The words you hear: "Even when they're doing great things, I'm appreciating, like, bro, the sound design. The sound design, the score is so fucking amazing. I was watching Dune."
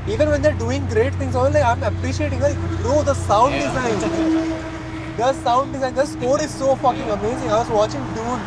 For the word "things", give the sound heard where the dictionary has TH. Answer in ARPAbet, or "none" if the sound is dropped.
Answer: T